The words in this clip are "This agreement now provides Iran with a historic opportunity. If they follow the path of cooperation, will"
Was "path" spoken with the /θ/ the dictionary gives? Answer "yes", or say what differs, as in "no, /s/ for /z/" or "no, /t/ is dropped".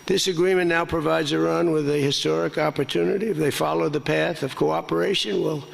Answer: yes